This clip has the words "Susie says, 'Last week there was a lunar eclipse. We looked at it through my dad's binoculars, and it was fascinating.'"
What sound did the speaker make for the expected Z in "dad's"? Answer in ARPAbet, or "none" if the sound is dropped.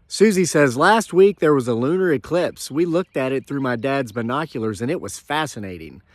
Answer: Z